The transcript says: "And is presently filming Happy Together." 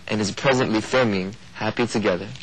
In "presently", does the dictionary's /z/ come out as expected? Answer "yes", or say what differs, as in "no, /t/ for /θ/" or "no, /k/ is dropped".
yes